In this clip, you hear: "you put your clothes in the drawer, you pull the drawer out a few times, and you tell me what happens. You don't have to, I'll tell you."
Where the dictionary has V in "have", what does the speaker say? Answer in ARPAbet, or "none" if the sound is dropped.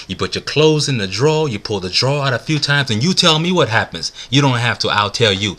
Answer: F